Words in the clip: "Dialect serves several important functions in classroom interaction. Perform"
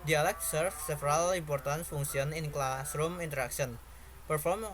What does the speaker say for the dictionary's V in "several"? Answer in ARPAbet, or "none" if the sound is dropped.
F